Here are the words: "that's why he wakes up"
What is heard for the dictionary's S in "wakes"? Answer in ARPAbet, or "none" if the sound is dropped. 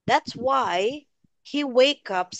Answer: none